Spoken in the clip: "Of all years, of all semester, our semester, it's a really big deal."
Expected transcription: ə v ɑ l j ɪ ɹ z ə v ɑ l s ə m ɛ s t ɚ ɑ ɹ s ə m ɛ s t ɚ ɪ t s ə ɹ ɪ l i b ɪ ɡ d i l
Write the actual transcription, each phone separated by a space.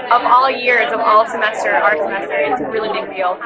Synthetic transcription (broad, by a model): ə v ɑ l j ɪ ɹ z ə v ɑ l s ə m ɛ s t ɚ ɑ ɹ s ə m ɛ s t ɚ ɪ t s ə ɹ ɪ l i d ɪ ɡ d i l